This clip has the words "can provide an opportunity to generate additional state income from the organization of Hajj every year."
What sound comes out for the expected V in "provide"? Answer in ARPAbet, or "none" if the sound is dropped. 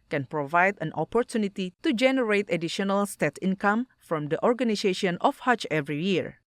V